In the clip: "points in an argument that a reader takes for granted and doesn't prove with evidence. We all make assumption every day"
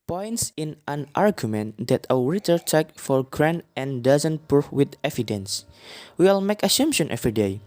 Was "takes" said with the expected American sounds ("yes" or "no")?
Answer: no